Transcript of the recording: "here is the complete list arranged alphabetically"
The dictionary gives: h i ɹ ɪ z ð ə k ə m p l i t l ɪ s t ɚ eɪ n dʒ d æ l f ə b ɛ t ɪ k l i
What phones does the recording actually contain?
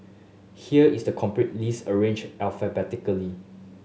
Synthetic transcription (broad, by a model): h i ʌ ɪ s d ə k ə m p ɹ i t l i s ɚ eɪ n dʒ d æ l f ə b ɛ t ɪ k l i